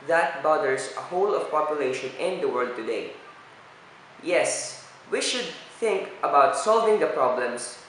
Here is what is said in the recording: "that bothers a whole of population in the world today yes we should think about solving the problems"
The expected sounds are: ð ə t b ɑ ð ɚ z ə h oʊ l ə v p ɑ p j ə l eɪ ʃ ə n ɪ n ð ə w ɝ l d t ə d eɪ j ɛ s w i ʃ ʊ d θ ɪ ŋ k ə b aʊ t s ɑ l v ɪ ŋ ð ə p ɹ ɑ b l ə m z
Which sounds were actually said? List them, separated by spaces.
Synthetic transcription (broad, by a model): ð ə t b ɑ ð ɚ s ə h oʊ l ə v p ɑ p j ə l eɪ ʃ ə n ɪ n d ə w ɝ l d t ə d eɪ j ɛ s w i ʃ ʊ d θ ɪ ŋ k ə b aʊ t s ɑ l v ɪ ŋ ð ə p ɹ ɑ b l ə m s